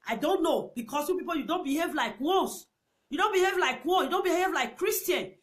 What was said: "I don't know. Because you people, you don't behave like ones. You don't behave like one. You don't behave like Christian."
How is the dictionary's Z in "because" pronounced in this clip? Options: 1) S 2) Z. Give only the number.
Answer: 1